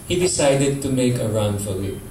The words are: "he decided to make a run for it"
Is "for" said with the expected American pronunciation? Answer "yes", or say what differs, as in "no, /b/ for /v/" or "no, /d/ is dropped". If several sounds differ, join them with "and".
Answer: no, /l/ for /ɹ/